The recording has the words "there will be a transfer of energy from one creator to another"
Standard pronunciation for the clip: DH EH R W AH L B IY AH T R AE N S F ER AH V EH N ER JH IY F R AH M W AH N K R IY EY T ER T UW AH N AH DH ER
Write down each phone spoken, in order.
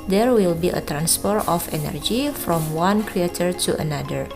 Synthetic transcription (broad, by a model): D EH R W AH L B IY AH T R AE N S P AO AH F EH N ER JH IY F R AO M W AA N K R IY EY T ER T UW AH N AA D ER